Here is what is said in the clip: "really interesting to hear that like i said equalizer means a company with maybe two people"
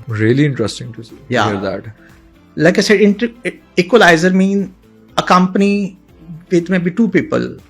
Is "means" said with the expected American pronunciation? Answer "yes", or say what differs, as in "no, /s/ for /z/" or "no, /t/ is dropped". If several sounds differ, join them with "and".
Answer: no, /z/ is dropped